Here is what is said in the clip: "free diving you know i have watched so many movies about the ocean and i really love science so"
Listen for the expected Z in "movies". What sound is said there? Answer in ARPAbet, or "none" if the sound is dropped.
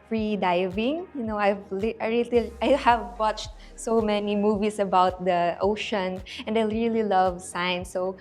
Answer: S